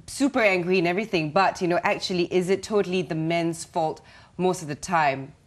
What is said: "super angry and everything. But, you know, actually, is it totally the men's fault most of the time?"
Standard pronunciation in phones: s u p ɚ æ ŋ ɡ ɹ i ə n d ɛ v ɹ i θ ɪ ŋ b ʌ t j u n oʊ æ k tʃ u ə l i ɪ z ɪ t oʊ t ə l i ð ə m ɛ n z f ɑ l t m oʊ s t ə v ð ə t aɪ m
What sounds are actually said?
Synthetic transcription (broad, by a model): s u p ɚ æ ŋ ɡ ɹ i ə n ɛ v ɹ i θ ɪ ŋ b ʌ t j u n oʊ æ k tʃ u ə l i ɪ z ɪ t oʊ t ə l i ð ə m ɛ n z f ɑ l t m oʊ s t ə v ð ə t aɪ m